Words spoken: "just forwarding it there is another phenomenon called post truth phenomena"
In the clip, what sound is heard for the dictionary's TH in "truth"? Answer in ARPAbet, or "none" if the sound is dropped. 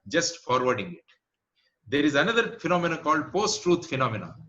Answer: T